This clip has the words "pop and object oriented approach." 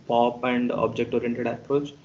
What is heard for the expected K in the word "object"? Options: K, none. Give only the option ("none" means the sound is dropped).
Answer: K